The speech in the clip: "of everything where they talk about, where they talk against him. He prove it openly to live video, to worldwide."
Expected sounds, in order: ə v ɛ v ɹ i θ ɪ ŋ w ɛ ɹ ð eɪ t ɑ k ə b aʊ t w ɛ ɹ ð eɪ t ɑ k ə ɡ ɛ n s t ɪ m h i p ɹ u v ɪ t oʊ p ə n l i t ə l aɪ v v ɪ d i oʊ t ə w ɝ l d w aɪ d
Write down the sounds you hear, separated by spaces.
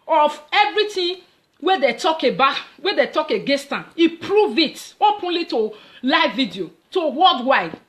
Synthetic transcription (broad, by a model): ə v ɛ v ɹ i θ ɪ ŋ w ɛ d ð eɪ t ɑ k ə b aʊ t w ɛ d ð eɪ t ɑ k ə ɡ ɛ s t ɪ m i p ɹ u v ɪ t oʊ p ə n l i t ə l aɪ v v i d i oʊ t ə w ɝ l d w aɪ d